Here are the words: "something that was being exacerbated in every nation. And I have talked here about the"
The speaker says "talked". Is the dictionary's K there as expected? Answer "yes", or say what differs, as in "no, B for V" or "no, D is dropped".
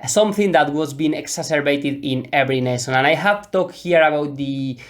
yes